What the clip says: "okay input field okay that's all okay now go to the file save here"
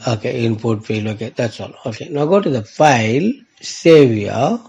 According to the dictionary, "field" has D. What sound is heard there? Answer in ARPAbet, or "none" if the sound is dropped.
none